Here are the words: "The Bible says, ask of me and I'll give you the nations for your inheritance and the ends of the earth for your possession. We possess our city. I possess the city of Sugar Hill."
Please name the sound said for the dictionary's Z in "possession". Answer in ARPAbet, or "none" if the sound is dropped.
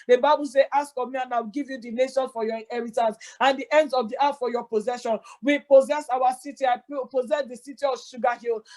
Z